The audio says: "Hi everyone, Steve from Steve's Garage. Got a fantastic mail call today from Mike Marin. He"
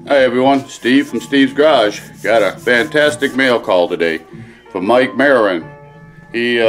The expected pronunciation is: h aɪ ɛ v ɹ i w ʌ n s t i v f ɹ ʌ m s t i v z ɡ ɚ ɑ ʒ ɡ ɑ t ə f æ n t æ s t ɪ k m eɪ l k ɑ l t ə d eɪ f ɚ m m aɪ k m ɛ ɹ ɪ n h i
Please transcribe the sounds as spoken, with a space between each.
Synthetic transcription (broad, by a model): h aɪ ɛ v ɹ i w ʌ n s t i v f ɹ ʌ m s t i v z ɡ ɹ ɑ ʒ ɡ ɑ t ə f æ n t æ s t ɪ k m eɪ l k ɑ l t ə d eɪ f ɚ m m aɪ k m ɛ ɹ ɪ n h i